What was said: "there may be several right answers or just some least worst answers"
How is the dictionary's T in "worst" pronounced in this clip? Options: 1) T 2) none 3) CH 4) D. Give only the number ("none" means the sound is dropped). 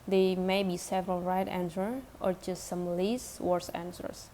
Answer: 2